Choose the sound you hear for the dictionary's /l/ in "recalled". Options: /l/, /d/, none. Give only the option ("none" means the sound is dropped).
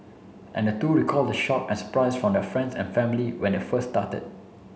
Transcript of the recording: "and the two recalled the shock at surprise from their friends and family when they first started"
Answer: /l/